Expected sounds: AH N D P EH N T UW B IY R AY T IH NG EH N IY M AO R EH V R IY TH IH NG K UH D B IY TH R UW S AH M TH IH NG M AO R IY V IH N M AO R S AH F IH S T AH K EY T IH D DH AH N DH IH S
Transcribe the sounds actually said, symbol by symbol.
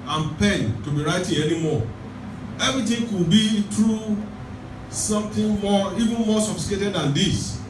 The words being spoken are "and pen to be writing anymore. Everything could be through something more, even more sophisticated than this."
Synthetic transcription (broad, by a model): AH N P EH N T UW B IY R AY T IH NG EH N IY M AO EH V R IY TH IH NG K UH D B IY T R UW S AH M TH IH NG M AO IY V IH N M AO S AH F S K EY T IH D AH N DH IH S